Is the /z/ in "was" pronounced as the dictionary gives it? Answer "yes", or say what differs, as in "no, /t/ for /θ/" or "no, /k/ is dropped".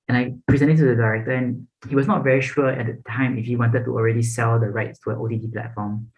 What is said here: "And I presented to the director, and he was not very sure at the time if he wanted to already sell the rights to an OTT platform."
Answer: no, /s/ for /z/